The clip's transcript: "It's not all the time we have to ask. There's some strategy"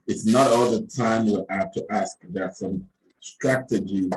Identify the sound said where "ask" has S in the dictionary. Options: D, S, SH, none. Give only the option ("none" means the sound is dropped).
S